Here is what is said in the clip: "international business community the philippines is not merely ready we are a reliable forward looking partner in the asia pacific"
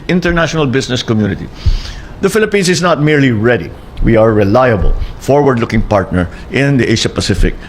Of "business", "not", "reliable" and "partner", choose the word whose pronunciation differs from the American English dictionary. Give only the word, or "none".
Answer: business